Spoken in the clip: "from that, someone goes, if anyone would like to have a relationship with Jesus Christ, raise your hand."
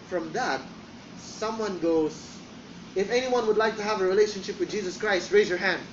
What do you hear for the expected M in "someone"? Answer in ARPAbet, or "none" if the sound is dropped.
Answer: M